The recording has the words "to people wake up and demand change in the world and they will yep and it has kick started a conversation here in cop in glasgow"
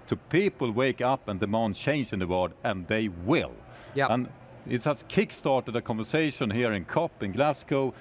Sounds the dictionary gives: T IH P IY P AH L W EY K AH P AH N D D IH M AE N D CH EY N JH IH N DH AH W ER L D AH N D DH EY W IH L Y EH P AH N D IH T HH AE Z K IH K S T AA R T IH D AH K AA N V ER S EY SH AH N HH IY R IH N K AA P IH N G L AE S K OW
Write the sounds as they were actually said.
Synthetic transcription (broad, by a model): T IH P IY P AH L W EY K AH P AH N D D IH M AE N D CH EY N JH IH N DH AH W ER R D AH N DH EY W IH L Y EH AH N IH T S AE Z K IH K S T AA R T IH D AH K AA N V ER S EY SH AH N HH IY R IH N K AA P IH N G L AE S K OW